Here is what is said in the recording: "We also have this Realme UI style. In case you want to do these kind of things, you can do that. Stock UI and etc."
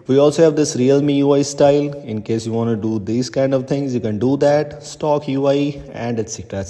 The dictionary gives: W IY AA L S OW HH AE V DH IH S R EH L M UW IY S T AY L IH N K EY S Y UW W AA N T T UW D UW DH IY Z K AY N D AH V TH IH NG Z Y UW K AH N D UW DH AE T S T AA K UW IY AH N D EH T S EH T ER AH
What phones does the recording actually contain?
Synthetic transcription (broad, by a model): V IY AA L S OW HH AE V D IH S R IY L M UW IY S T AY L IH N K EY S Y UW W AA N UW D UW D IY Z K AY N D AH V T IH NG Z Y UW K AH N D UW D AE T S T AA K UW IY AH N D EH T S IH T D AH